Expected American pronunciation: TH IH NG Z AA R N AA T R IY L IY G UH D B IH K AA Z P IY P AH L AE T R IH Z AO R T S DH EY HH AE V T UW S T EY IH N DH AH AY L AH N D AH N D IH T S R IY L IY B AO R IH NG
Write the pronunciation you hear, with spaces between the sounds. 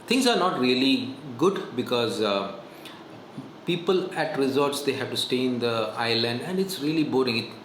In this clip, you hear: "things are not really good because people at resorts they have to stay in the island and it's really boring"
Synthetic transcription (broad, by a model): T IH NG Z AA R N AA T R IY L IY G UH D B IH K AA Z P IY P AH L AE T R IH Z AO R T S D EY HH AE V T UW S T EY IH N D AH AY L AH N D AH N D IH T S R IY L IY B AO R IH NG